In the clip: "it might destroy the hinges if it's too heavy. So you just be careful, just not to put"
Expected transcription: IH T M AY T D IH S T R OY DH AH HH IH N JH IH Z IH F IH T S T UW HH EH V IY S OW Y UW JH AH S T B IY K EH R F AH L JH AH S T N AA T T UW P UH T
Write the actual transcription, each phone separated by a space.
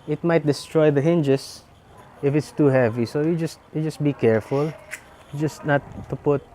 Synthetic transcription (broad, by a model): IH T M AY T D IH S T R OY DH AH HH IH N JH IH S IH F IH T S T UW HH EH V IY S OW Y UW JH AH S T B IY K EH R F AH L JH AH S T N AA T T UW P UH T